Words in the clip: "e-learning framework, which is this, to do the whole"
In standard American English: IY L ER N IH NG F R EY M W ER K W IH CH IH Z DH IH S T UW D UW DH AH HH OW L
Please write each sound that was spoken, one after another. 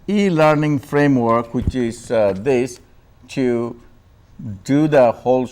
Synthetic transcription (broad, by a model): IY L ER N IH NG F R EY M W ER K W IH CH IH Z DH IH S T UW D UW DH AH HH OW L